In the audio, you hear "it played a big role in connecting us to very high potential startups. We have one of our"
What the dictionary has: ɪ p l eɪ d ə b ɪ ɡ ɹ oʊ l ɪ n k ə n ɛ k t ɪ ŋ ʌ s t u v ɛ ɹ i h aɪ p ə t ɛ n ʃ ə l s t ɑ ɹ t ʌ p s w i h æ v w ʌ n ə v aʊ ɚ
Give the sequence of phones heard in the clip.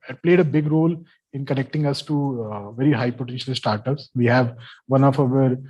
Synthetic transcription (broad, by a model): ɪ p l eɪ d ə b ɪ ɡ ɹ oʊ l ɪ n k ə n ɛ k t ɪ ŋ ʌ s t u v ɛ ɹ i h aɪ p ə t ɛ n ʃ ə l s t ɑ ɹ t ʌ p s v i h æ v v ʌ n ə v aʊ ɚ